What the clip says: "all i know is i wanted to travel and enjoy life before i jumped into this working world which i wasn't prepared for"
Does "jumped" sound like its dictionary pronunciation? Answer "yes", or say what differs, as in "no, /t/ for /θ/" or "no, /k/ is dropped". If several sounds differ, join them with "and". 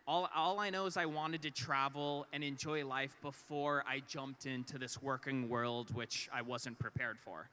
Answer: yes